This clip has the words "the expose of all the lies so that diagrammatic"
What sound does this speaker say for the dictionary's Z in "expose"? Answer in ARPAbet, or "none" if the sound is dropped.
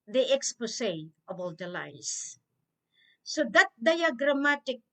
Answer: S